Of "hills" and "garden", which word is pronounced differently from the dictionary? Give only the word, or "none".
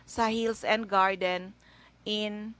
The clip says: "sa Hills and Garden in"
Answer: hills